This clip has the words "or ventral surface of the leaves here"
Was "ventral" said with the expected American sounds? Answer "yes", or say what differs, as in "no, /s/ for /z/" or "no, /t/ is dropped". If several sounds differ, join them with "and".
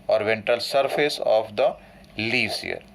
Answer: no, /ɹ/ is dropped